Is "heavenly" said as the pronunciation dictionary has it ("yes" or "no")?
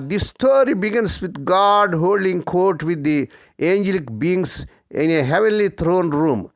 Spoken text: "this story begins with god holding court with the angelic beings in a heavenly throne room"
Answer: yes